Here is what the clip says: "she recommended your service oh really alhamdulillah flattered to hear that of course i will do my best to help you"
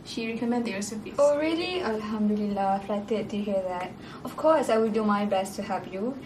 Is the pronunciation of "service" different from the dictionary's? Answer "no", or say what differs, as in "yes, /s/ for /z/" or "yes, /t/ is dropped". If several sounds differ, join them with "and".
yes, /p/ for /v/